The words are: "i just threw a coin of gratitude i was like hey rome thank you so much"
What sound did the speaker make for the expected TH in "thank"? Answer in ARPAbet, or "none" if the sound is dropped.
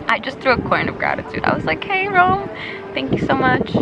TH